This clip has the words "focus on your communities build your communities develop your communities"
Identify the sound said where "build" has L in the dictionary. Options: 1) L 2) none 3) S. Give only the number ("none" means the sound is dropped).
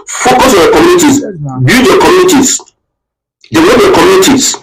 2